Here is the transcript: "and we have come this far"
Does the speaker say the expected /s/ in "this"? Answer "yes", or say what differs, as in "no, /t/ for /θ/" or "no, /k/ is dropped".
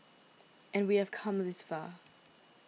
yes